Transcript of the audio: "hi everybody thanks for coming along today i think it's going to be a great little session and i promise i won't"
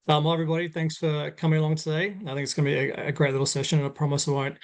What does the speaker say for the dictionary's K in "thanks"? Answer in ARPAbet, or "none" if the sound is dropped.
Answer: K